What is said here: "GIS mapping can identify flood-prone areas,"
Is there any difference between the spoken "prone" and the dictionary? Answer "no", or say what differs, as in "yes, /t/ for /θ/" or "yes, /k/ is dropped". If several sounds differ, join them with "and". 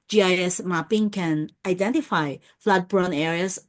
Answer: yes, /b/ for /p/